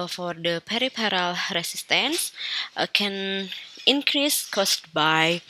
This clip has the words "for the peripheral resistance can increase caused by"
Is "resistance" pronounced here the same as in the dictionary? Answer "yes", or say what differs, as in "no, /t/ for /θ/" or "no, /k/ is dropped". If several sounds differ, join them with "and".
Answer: no, /s/ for /z/